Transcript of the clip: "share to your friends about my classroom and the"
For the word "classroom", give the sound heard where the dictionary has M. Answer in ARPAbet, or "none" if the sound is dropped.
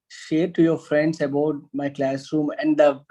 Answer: M